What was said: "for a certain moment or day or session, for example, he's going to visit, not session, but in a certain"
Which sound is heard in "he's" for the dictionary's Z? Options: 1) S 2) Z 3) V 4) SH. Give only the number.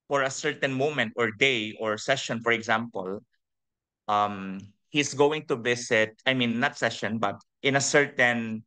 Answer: 1